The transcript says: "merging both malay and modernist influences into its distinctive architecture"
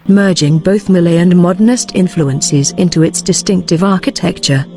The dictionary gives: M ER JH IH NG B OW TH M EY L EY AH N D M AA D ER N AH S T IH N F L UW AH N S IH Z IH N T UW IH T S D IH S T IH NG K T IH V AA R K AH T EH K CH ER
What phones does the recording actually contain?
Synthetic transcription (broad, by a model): M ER JH IH NG B OW TH M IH L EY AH N M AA D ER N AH S T IH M F L UW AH N S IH Z IH N T UW IH T S D IH S T IH NG K T IH V AA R K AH T EH K CH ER